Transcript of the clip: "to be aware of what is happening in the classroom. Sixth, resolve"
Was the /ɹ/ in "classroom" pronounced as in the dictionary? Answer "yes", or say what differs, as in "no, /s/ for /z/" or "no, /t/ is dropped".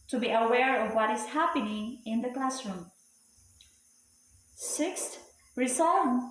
yes